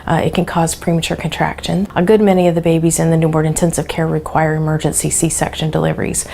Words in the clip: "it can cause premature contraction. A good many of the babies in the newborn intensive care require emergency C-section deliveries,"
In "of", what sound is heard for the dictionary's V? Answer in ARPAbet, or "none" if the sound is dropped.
V